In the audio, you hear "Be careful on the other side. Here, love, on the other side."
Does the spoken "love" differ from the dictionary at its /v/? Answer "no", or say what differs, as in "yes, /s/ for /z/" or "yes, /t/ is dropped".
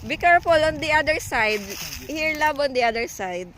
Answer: yes, /b/ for /v/